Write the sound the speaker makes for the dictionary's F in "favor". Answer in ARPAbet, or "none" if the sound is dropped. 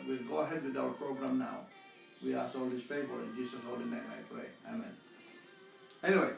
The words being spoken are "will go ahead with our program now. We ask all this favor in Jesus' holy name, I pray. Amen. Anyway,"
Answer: P